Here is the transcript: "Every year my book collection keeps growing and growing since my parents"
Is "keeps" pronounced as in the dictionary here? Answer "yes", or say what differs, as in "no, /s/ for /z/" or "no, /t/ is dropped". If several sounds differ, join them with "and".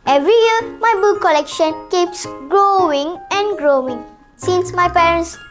yes